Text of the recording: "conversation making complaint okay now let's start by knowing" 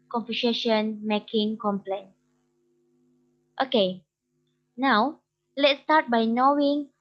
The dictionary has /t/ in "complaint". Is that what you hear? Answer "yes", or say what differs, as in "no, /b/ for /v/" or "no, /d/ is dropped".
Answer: yes